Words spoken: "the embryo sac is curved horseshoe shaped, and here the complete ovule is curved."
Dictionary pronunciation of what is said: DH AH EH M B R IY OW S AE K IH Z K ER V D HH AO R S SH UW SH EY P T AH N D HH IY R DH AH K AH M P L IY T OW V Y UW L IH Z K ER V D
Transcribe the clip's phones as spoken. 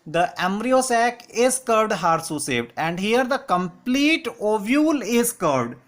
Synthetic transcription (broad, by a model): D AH EH M B R IY OW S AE K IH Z K ER V D HH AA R S UW S EY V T AH N D HH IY R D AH K AH M P L IY T OW V Y UW L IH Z K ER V D